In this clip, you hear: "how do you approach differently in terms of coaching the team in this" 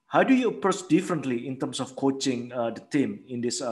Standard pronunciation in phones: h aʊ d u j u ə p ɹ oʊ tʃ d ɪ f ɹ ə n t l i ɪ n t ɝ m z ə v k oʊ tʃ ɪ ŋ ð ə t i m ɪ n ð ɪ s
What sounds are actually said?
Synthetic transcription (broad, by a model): h aʊ d u j u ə p ɹ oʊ s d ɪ f ɹ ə n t l i ɪ n t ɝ m s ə f k oʊ tʃ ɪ ŋ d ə t i m ɪ n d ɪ s